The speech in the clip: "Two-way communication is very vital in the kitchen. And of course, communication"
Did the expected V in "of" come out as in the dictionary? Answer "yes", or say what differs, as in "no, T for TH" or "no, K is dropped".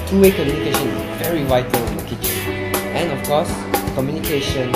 no, F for V